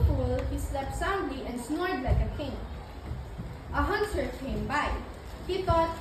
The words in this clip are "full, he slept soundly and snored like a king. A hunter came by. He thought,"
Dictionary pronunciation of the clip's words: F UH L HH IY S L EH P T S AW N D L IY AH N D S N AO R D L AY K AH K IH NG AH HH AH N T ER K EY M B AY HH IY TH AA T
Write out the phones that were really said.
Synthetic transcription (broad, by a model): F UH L HH IY S L EH P T S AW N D L IY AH N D S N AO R D L AY K AH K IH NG AH HH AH N S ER K EY M B AY HH IY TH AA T